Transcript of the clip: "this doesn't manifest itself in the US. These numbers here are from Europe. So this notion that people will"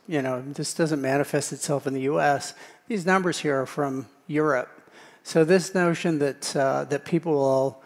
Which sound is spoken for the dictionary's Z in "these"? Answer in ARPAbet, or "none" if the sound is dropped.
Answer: Z